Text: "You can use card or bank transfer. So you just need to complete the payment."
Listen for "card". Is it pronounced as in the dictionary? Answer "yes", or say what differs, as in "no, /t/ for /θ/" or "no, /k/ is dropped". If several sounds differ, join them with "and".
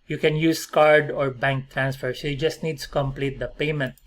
yes